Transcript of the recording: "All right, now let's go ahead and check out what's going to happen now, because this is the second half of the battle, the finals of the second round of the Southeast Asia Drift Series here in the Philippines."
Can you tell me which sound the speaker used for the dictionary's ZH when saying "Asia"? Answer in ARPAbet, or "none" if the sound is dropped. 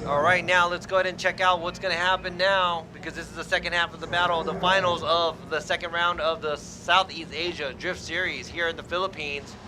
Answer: ZH